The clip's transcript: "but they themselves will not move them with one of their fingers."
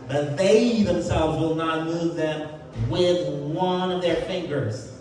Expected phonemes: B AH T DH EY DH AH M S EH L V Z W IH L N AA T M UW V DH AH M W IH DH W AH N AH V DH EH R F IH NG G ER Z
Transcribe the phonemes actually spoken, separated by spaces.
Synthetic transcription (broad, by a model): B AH T DH EY DH AH M S EH L V Z W IH L N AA T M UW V DH AH M W IH DH W AH N AH V DH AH R F IH NG G ER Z